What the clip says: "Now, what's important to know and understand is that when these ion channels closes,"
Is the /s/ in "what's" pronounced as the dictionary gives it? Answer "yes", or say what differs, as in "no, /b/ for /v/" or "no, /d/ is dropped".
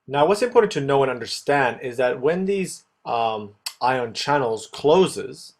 yes